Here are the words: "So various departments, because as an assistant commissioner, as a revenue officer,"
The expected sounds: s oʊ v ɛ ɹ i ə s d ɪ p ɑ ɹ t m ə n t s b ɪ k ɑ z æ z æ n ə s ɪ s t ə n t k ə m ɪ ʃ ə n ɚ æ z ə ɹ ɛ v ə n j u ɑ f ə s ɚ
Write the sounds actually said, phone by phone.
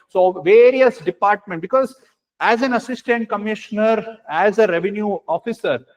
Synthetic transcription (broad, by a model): s oʊ v ɛ ɹ i ə s d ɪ p ɑ ɹ t m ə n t b ɪ k ɑ z æ z æ n ə s ɪ s t ə n t k ə m ɪ ʃ ə n ɚ æ z ə ɹ ɛ v ə n j u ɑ f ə s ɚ